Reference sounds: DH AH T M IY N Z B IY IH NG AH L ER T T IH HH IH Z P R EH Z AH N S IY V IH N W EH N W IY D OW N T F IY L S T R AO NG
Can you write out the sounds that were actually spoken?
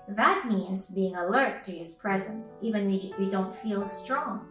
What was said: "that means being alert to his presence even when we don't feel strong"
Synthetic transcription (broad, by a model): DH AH T M IY N Z B IY IH NG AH L ER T T IH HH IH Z P R EH Z AH N S IY V IH N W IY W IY D OW N T F IY L S T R AO NG